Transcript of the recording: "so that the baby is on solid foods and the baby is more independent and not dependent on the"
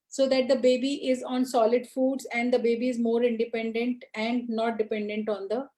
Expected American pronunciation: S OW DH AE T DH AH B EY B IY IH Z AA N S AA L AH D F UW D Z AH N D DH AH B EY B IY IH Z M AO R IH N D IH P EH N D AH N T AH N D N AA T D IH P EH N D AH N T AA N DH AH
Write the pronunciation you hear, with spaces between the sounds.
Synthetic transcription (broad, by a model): S OW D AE T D AH B EY B IY IH Z AA N S AA L AH D F UW D Z AH N D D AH B EY B IY IH Z M AO R IH N D IH P EH N D AH N T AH N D N AA T D IH P EH N D AH N T AA N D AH